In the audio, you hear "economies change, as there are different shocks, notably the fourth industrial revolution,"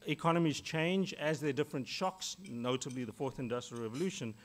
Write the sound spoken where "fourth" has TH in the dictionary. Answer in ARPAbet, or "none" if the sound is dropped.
TH